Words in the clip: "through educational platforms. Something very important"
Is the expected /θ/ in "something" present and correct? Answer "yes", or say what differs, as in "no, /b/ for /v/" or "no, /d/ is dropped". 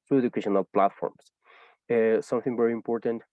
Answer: yes